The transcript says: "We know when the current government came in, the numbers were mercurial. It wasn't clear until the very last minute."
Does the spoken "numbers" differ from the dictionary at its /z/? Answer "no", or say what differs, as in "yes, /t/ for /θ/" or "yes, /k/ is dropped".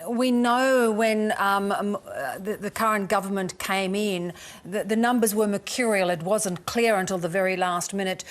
no